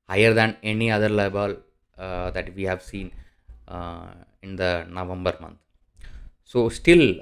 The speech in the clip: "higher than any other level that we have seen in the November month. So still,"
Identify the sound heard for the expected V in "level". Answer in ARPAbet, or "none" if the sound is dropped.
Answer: B